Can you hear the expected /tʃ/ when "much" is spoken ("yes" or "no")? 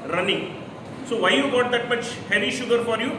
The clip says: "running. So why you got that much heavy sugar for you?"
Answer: yes